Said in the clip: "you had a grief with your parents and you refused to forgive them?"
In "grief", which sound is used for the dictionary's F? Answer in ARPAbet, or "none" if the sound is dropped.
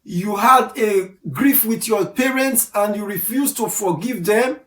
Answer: F